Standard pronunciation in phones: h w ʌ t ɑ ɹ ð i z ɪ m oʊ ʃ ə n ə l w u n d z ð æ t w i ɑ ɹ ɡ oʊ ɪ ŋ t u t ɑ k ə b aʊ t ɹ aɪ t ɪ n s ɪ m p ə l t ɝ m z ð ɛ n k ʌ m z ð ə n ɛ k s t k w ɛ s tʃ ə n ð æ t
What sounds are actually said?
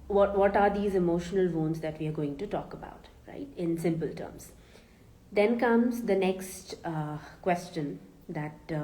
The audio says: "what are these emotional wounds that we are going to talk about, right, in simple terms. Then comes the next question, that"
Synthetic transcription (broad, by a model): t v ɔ t ɑ ɹ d i z ɪ m oʊ ʃ ə n ə l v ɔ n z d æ t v i ɑ ɹ ɡ oʊ ɪ ŋ t u t ɑ k ə b aʊ t ɹ aɪ t ɪ n s ɪ m p ə l t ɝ m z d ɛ n k ʌ m z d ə n ɛ k s t k w ɛ s tʃ ə n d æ t